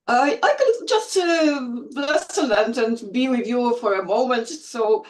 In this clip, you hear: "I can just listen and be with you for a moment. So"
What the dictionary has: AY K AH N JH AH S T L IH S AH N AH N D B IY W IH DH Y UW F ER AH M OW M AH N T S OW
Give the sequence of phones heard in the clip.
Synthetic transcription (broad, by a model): AY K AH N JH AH S T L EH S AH L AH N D B IY W IH DH Y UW F ER AH M OW M AH N T S OW